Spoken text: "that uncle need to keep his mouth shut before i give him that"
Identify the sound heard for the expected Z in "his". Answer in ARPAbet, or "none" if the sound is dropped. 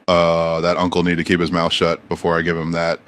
Z